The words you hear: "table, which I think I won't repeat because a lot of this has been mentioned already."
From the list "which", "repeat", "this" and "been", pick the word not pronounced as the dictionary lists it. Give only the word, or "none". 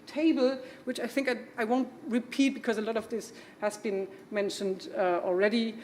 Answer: none